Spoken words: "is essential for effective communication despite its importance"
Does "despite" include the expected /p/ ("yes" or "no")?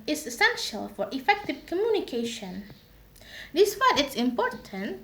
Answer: no